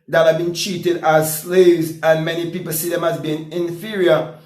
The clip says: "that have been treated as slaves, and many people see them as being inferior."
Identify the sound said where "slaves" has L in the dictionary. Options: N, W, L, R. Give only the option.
L